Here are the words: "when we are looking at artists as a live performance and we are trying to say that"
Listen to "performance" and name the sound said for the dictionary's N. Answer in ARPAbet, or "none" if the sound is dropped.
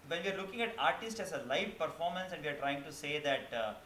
N